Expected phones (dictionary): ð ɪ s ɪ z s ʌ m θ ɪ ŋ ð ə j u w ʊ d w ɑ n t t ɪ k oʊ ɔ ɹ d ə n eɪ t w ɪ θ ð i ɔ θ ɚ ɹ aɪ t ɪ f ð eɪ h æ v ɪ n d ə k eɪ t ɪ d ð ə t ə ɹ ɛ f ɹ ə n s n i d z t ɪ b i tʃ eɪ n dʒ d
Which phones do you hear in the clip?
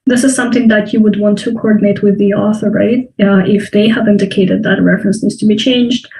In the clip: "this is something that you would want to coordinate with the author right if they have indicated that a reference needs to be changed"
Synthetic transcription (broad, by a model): ð ɪ s ɪ z s ʌ m θ ɪ ŋ ð ə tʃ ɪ w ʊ d w ɑ n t t ɪ k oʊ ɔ ɹ d n eɪ t w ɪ ð i ɔ θ ɚ ɹ aɪ t ɪ f ð eɪ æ v ɪ n d ə k eɪ t ɪ d ð ə t ə ɹ ɛ f ɹ ə n s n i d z t ɪ b i tʃ eɪ n dʒ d